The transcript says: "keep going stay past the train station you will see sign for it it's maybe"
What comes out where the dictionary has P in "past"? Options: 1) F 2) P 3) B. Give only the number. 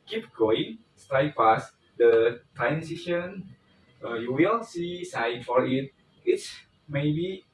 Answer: 1